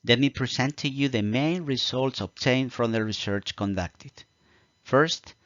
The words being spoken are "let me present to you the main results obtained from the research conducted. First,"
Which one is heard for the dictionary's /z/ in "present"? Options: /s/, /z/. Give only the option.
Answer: /s/